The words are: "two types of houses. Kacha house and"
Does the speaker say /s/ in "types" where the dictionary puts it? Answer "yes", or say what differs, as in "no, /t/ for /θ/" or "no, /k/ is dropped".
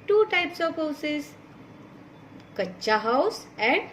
yes